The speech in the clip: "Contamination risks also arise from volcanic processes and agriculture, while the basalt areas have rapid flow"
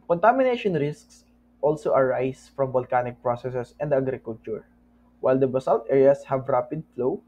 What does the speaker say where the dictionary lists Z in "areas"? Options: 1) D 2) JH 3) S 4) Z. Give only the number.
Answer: 3